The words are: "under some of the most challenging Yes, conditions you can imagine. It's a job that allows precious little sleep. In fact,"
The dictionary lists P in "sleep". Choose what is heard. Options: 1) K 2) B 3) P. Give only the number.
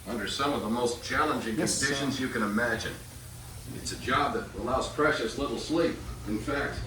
3